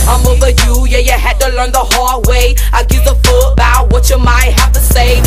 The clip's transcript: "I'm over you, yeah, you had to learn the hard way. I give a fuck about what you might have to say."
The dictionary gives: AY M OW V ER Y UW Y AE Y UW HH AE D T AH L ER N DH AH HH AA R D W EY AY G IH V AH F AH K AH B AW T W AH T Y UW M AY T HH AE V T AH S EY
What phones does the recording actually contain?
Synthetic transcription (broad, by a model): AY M OW V ER Y UW Y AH Y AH HH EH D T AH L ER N DH AH HH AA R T W EY AY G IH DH AH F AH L AH B AW T W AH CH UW M AY T HH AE F T AH S EY